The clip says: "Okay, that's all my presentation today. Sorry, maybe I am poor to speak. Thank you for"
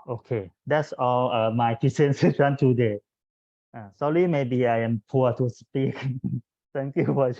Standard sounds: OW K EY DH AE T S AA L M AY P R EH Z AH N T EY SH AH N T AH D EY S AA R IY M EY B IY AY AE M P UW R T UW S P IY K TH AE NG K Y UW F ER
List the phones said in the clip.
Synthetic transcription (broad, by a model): OW K EY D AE T S AA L M AY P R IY S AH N S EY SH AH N T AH D EY S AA L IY M EY B IY AY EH M P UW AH T UW S P IY K T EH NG K Y UW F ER